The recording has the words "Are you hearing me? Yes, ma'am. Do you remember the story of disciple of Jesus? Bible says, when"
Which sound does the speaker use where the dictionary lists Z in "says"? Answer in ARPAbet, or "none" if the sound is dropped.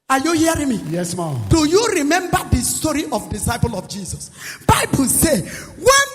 none